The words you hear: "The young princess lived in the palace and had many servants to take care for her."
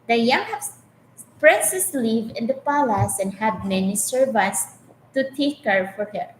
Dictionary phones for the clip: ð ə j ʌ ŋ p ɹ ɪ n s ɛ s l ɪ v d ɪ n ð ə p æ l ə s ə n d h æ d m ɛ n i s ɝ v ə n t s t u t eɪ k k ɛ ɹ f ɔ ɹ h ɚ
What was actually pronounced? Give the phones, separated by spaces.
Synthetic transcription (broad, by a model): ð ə j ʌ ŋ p ɹ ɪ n s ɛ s l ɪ v ɪ n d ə p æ l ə s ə n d h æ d m ɛ n i s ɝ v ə t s t u t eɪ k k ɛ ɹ f ɔ ɹ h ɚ